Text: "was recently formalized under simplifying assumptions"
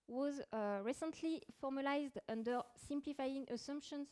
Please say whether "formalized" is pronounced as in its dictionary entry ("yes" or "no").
yes